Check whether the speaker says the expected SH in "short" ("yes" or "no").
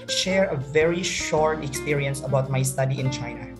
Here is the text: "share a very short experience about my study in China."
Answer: yes